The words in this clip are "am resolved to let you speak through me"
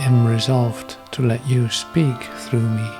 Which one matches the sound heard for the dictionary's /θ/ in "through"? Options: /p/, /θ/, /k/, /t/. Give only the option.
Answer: /θ/